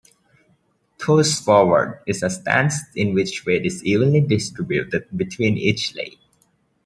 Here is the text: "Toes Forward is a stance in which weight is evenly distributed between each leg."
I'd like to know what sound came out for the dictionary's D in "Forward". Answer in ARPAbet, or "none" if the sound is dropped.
D